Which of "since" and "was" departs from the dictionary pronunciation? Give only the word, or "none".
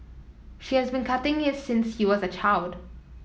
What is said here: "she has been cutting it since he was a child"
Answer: none